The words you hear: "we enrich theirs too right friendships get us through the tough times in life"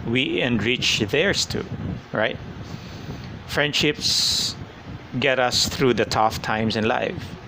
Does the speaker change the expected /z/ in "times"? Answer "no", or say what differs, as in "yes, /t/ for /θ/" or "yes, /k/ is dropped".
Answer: yes, /s/ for /z/